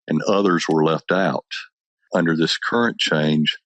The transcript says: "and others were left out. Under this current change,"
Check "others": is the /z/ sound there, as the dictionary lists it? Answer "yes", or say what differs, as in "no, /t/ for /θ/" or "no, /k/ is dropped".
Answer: yes